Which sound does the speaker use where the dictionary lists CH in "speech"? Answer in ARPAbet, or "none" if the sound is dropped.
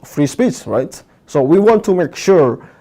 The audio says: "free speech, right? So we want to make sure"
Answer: S